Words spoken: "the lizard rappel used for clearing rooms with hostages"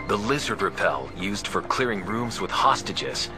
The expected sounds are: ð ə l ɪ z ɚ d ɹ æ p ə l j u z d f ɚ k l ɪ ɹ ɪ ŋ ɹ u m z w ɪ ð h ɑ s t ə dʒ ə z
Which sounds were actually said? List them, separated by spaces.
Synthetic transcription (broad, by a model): ð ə l ɪ z ɚ d ɹ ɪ p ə l j u z d f ɚ k l ɪ ɹ ɪ ŋ ɹ u m z w ɪ ð h ɑ s t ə dʒ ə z